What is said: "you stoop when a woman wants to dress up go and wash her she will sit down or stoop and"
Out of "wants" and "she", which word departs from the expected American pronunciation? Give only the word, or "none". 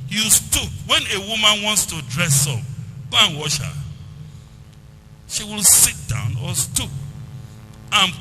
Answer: none